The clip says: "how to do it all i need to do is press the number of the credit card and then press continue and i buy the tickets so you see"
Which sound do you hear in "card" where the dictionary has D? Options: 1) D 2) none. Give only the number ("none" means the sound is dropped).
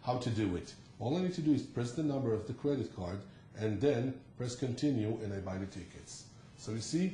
1